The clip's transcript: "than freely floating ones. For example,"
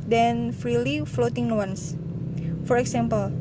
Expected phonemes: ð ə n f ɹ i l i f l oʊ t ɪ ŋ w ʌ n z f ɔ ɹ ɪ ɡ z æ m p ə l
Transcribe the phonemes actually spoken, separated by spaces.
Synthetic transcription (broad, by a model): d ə n f ɹ i l i f l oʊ t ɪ ŋ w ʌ n s f ɔ ɹ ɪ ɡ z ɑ m p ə l